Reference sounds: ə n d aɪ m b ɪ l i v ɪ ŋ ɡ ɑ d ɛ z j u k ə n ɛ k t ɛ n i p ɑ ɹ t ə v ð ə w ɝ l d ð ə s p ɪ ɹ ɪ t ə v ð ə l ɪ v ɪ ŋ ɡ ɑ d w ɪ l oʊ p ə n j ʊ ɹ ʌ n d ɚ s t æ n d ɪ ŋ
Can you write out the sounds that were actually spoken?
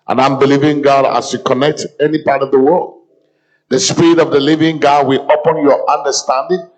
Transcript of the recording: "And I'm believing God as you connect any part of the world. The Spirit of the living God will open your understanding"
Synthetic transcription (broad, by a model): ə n aɪ m b ɪ l i v ɪ ŋ ɡ ɑ d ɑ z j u k ə n ɛ k t ɛ n i p ɑ ɹ t ə v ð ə w ɝ l d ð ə s p ɪ ɹ ɪ t ə v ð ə l ɪ v ɪ ŋ ɡ ɑ d w ɪ l oʊ p ə n j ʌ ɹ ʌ n d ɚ s t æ n d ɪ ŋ